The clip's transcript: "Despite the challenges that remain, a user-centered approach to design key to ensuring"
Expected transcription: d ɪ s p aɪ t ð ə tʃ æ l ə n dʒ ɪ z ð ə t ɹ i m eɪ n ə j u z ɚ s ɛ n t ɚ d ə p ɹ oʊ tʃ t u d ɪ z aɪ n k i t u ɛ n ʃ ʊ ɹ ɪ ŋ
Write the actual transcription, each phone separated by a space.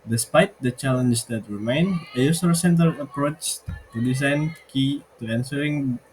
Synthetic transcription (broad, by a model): d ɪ s p aɪ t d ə tʃ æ l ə n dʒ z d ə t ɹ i m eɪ n ə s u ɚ s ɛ n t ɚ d ə p ɹ oʊ tʃ t u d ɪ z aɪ n k i t u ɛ n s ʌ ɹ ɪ ŋ